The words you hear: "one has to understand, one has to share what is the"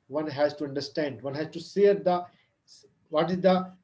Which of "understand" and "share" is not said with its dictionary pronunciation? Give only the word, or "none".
share